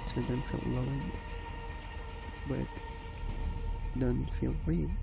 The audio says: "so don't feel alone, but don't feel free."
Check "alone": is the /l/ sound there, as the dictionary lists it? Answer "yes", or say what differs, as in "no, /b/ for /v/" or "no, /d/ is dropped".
no, /l/ is dropped